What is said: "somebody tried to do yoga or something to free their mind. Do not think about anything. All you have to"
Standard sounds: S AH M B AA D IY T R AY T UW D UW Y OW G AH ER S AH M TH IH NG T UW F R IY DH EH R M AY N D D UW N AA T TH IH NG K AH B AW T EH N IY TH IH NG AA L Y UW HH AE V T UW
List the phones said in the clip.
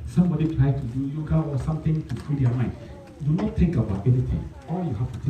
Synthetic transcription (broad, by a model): S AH M B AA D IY T R AY T UW D UW Y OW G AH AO S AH M T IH NG T UW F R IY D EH M AY N D D UW N AA T T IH NG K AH B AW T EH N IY T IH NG AA L Y UW HH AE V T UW